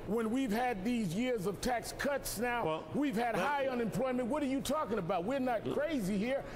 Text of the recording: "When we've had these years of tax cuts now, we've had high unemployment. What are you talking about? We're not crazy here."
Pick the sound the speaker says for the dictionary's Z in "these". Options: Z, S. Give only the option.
Z